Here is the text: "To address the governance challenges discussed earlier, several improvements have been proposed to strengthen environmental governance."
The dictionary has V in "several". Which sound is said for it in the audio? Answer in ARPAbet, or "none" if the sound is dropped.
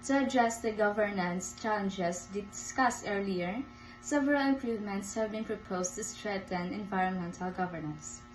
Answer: V